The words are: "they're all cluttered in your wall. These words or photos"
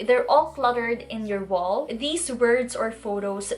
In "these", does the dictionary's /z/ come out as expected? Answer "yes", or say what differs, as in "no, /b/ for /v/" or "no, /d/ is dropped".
no, /s/ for /z/